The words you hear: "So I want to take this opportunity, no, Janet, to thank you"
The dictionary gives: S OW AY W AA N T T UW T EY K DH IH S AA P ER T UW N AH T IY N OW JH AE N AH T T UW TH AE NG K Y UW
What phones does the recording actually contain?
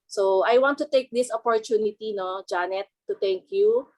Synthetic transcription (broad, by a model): S OW AY W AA N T T UW T EY K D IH S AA P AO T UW N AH T IY N OW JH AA N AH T T UW T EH NG K Y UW